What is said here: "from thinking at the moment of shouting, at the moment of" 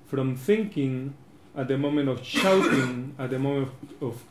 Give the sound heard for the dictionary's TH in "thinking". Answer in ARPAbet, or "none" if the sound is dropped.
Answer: TH